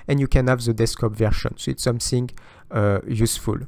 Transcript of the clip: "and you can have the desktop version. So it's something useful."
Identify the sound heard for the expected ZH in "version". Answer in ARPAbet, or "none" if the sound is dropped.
SH